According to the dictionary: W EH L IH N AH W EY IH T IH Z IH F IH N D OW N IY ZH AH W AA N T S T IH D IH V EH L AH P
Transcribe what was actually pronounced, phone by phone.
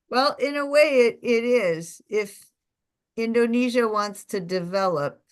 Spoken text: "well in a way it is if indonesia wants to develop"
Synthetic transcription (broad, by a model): W EH L IH N AH W EY IH T IH Z IH F IH N D OW N IY ZH AH W AA N T S T IH D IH V EH L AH P